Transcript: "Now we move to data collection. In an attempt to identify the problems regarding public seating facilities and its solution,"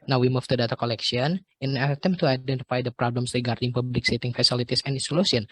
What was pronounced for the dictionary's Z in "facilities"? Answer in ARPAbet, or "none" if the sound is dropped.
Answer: S